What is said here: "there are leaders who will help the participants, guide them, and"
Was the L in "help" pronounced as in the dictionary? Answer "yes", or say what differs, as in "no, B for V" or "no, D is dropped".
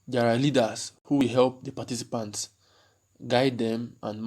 yes